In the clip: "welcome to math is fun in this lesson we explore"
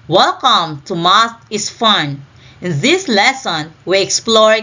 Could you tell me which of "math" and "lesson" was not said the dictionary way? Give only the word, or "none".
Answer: math